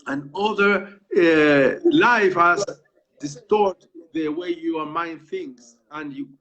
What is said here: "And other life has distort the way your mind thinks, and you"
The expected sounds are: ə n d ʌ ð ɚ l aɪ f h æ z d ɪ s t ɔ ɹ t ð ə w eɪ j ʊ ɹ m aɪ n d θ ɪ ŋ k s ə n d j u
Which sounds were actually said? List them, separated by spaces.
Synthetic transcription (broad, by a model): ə n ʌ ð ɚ l aɪ f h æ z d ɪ s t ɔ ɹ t ð ə w eɪ j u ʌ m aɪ n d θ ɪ ŋ s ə n j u